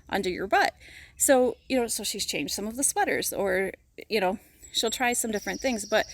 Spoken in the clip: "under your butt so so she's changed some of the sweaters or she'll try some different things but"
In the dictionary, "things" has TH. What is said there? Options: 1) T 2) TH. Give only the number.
2